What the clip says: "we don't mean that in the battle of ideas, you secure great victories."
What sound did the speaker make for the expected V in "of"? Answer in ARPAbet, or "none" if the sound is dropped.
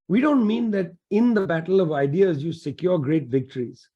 V